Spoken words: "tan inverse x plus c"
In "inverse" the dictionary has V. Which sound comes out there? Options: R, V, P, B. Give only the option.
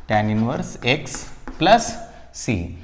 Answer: V